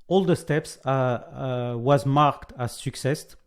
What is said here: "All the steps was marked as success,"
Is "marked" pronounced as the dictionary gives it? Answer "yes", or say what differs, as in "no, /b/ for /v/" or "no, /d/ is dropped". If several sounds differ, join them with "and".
yes